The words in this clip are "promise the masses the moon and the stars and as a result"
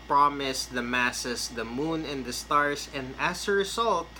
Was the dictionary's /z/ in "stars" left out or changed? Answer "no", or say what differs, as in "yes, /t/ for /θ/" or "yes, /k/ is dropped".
yes, /s/ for /z/